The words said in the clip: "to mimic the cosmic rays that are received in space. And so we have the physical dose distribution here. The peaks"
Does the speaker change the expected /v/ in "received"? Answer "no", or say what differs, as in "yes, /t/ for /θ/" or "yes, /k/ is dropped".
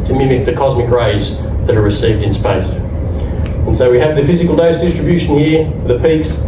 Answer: no